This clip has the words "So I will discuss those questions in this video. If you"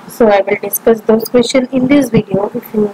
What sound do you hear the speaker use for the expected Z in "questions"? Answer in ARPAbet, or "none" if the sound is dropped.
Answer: none